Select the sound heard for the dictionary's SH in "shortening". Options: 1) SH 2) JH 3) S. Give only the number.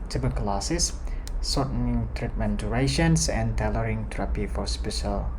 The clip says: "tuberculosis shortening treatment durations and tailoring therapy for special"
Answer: 3